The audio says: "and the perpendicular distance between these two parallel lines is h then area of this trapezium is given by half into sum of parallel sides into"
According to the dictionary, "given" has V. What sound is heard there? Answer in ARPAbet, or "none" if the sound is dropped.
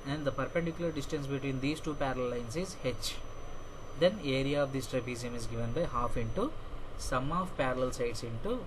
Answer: V